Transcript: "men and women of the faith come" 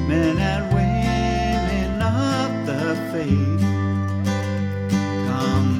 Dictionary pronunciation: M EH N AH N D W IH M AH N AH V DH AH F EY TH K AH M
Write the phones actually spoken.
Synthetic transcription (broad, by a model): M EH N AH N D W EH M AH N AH P DH AH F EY S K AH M